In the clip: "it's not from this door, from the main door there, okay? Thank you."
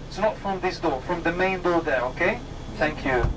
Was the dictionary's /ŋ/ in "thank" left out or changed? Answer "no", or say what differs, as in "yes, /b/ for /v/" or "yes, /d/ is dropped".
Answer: no